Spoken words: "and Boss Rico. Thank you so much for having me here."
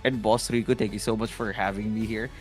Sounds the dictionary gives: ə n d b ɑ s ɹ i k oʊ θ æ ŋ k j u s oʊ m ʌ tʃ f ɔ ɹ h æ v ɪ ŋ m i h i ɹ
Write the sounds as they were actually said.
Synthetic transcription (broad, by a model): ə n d b ɑ s ɹ i k oʊ t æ ŋ k j u s oʊ m ʌ tʃ f ɔ ɹ h æ v ɪ ŋ m i h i ɹ